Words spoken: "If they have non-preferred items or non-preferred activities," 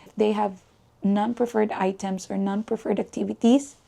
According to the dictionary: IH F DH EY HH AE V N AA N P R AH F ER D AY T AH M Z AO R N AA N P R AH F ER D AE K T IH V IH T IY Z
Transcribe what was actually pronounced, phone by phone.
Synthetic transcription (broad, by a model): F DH EY HH AE V N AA N P R AH F ER D AY T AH M S AO R N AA N P R AH F ER D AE K T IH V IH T IY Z